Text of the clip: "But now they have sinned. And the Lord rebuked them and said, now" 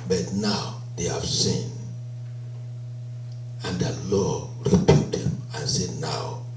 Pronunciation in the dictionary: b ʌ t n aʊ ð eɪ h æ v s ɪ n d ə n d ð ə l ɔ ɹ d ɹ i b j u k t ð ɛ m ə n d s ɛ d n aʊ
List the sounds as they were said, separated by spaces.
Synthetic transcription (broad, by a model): b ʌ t n aʊ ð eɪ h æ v s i n ə n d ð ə l ɔ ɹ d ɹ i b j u t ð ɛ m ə n s ɛ d n aʊ